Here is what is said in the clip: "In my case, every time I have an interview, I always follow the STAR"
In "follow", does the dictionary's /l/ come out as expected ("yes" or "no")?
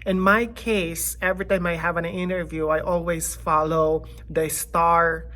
yes